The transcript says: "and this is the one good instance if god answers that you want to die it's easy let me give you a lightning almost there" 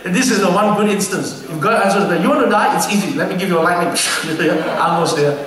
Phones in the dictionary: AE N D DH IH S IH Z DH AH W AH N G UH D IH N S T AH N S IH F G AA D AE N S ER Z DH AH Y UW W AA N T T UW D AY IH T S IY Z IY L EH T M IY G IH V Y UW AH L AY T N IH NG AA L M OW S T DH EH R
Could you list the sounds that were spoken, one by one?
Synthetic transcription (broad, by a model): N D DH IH S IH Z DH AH W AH N G UH D IH N S T AH N S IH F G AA AE S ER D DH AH Y UW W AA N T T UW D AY IH T S IY Z IY L EH T M IY G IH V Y AH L AY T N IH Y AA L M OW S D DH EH